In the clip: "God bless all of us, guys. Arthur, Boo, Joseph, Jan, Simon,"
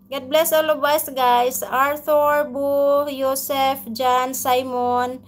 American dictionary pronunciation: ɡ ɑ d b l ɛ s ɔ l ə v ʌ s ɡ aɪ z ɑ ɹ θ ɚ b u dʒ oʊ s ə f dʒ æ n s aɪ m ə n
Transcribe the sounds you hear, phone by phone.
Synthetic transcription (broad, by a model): ɡ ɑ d b l ɛ s ɔ l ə b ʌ s ɡ aɪ s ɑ ɹ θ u b u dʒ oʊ s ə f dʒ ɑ n s aɪ m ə n